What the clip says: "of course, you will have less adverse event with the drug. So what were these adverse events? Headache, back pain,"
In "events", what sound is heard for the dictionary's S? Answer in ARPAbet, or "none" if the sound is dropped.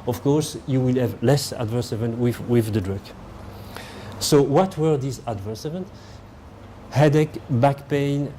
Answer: none